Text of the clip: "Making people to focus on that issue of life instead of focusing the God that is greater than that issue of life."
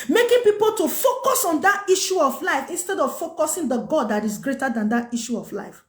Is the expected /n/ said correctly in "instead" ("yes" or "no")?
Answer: yes